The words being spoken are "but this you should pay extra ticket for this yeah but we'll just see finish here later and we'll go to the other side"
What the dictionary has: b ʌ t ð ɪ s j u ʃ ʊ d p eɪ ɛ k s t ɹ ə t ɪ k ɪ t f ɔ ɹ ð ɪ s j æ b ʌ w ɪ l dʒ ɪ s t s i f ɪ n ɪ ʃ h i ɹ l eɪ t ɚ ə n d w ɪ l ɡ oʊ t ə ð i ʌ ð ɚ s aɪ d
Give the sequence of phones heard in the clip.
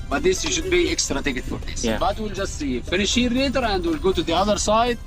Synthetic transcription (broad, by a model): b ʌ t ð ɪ s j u ʃ ʊ d b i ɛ k s t ɹ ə t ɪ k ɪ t f ɔ ɹ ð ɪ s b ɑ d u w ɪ l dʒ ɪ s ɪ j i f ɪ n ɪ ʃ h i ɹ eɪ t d ə n d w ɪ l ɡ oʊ t ə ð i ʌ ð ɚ s aɪ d